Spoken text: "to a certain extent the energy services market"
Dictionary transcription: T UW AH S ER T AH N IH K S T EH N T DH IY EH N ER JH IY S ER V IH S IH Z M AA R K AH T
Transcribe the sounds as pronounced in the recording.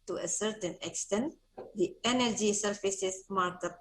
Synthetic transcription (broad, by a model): T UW AH S ER T AH N IH K S T EH N T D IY EH N ER JH IY S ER F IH S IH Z M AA R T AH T